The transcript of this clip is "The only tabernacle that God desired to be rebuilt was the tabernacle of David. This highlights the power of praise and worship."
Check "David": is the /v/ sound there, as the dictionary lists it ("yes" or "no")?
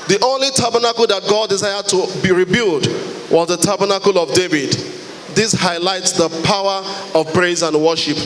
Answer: yes